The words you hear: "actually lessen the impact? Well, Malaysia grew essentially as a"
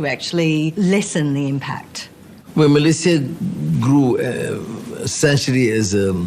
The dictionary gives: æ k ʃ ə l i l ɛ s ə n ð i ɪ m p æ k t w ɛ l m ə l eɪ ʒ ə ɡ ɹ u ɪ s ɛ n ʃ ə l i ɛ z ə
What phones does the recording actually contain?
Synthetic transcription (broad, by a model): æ k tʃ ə l i l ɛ s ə n ð i ɪ m p æ k t w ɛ n m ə l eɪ s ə ɡ ɹ u ɪ s ɛ n ʃ ə l i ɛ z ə